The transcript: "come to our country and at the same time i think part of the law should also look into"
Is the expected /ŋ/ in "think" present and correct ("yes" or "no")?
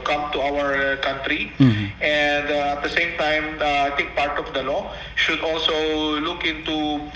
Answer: no